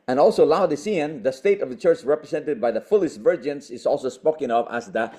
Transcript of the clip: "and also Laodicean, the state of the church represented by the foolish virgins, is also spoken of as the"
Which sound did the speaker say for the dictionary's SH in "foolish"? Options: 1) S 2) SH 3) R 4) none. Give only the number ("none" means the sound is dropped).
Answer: 1